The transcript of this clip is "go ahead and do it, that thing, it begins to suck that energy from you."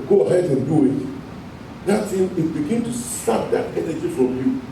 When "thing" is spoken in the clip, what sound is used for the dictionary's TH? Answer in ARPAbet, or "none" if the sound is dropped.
S